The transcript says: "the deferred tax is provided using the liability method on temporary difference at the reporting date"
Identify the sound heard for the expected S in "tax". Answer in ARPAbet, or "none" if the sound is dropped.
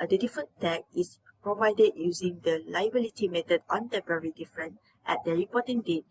none